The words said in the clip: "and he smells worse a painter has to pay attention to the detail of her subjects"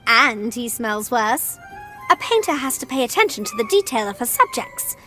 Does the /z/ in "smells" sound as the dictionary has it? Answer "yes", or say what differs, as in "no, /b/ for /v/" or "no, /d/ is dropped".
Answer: yes